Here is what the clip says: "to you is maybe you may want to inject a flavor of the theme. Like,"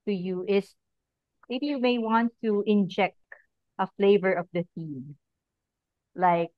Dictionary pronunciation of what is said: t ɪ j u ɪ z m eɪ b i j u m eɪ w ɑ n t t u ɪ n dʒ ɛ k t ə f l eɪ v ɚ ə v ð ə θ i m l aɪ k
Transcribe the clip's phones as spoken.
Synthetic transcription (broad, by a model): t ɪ j u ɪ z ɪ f j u m eɪ w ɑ n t t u ɪ n dʒ ɛ k t ə f l eɪ v ɚ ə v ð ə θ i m l aɪ k